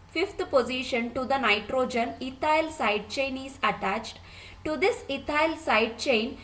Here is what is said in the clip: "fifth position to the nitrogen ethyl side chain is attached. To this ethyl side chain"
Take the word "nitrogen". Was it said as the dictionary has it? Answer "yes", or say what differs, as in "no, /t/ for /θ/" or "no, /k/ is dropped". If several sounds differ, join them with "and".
yes